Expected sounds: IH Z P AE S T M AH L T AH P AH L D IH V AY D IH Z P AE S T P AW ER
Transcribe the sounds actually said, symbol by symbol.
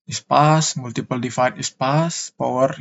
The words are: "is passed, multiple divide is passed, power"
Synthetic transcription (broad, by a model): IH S P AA S M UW L T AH P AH L D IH F AY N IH S P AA S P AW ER